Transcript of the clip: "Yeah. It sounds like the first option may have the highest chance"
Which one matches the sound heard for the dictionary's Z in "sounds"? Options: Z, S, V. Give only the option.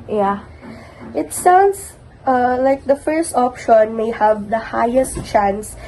S